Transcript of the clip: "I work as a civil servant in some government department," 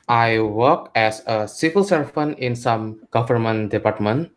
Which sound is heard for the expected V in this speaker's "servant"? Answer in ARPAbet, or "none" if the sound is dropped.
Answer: F